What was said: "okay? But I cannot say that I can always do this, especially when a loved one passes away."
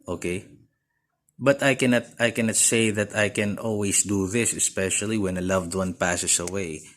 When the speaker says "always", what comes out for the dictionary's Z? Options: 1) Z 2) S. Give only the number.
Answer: 2